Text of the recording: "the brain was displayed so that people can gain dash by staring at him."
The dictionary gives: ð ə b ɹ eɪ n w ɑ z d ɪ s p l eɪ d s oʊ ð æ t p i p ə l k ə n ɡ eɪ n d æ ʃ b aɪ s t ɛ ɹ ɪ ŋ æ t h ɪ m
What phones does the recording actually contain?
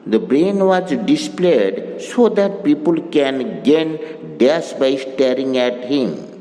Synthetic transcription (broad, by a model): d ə b ɹ eɪ n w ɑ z d ɪ s p l eɪ d s oʊ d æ t p i p ə l k ə n ɡ eɪ n d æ s b aɪ s t ɛ ɹ ɪ ŋ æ t h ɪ m